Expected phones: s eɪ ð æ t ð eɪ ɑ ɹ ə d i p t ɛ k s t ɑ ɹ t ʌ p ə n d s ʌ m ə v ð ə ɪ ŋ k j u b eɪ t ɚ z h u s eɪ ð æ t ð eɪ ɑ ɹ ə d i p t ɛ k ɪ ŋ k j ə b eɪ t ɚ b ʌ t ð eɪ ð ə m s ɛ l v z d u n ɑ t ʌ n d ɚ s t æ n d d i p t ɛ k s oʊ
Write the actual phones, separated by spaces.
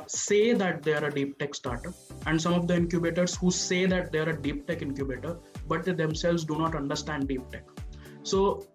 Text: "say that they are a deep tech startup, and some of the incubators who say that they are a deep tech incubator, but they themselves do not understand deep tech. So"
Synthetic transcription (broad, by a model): s eɪ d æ t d eɪ ɑ ɹ ə d i p t ɛ k s t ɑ ɹ t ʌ ə n d s ʌ m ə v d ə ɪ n k j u b eɪ t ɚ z h u s eɪ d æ t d eɪ ɑ ɹ ə d i p t ɛ k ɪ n k j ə b eɪ t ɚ b ʌ t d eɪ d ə m s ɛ l v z d u n ɑ t ʌ n d ɚ s t æ n d d i p t ɛ k s oʊ